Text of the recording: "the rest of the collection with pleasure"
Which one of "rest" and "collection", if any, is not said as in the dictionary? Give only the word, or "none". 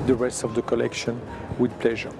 none